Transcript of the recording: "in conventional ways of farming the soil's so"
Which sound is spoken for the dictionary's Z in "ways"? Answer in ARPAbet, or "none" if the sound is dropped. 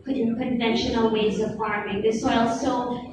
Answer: Z